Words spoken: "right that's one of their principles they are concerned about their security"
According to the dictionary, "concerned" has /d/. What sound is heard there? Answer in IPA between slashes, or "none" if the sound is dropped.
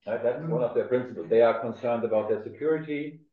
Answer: /d/